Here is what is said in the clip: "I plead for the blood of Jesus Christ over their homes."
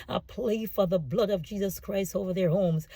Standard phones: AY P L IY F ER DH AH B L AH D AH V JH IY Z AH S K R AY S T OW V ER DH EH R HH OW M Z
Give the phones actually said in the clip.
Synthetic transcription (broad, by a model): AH P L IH F ER DH AH B L AH D AH V JH IY Z AH S K R AY S T OW V ER DH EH R HH OW M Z